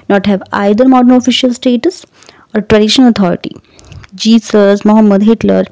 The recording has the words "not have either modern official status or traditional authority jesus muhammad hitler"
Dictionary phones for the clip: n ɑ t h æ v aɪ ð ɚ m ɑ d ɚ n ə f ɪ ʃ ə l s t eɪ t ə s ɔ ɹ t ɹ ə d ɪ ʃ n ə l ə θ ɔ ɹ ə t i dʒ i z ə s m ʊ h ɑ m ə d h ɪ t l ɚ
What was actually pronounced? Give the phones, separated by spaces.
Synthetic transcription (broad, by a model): n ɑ t h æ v aɪ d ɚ m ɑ d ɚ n ə f ɪ ʃ ə l s t eɪ t ə s ɔ ɹ t ɹ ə d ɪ ʃ ə n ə t ɔ ɹ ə t i dʒ i s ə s m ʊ h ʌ m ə d h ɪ t l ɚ